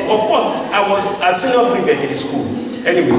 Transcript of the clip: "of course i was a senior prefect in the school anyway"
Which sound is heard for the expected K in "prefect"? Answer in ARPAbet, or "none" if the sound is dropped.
none